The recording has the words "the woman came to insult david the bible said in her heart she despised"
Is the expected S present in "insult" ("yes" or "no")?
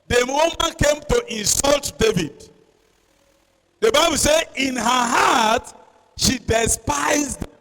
yes